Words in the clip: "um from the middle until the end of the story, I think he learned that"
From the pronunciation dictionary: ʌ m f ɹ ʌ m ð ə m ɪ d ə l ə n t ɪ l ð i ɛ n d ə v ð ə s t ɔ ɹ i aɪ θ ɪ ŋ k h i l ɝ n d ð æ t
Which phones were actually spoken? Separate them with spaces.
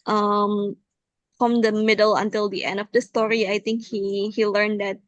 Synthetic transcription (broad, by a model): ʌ m f ɹ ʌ m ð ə m ɪ d ə l ə n t ɪ l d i ɛ n d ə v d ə s t ɔ ɹ i aɪ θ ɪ ŋ k h i l ɝ n d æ t